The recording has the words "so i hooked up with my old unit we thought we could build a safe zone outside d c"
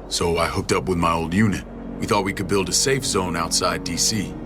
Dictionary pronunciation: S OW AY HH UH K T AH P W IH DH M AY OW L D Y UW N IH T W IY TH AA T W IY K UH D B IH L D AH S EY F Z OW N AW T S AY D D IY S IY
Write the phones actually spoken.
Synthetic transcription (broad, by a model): S OW AY HH UH K T AH P W IH DH M AY OW L D Y UW N IH T W IY TH AA T W IY K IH D B IH L D AH S EY F Z OW N AW T S AY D D IY S IY